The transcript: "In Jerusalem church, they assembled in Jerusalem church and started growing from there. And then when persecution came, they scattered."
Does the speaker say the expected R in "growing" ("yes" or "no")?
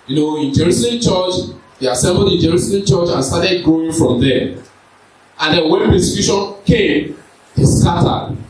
no